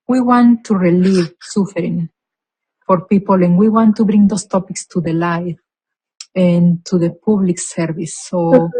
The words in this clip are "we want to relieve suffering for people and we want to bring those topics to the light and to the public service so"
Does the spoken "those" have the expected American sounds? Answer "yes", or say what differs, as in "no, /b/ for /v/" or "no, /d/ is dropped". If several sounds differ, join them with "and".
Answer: no, /s/ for /z/